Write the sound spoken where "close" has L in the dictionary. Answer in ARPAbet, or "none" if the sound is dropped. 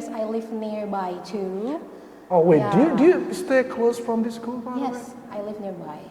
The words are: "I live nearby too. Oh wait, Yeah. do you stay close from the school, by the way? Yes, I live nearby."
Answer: L